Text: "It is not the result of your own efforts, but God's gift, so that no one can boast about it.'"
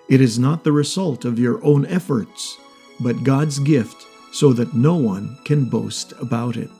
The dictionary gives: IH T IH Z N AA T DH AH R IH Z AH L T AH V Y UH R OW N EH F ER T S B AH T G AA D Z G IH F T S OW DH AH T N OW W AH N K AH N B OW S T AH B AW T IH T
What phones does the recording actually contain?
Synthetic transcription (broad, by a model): IH T IH Z N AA T DH AH R IH Z AH L T AH V Y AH R OW N EH F ER T S B AH T G AA D Z G IH F T S OW DH AH T N OW W AH N K AH N B OW S T AH B AW T IH T